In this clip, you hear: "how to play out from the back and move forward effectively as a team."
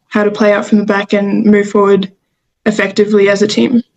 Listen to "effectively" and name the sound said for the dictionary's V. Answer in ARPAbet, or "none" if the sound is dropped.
V